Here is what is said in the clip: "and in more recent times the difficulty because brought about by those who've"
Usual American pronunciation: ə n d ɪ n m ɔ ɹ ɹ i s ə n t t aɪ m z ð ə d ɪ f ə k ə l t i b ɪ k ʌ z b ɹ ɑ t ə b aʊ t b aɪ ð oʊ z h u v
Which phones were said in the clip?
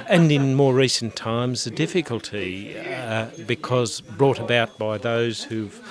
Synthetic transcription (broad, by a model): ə n ɪ n m ɔ ɹ ɹ i s n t t aɪ m z ð ə d ɪ f ə k ə l t i b ɪ k ʌ z b ɹ ɑ t ə b aʊ t b aɪ ð oʊ z h u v